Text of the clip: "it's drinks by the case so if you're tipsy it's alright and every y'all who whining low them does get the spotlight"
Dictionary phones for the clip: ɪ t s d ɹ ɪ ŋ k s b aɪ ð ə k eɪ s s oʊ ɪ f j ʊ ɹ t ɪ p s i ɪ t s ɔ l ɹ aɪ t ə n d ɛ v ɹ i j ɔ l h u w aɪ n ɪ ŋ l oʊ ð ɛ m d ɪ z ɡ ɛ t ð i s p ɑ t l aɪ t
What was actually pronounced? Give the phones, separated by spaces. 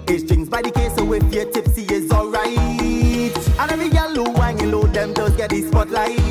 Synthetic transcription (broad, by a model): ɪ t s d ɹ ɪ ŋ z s b aɪ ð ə k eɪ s s oʊ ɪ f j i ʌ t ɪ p s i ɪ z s ɔ l ɹ aɪ t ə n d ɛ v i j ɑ l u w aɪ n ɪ l oʊ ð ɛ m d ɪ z ɡ ɛ t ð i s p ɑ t l aɪ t